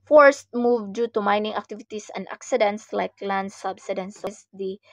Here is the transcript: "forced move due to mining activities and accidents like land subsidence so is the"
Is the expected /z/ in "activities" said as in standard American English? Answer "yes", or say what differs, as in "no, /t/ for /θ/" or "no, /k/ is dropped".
no, /s/ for /z/